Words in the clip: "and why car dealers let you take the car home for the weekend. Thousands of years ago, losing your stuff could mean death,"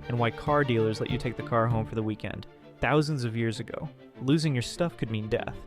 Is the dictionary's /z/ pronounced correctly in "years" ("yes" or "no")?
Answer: yes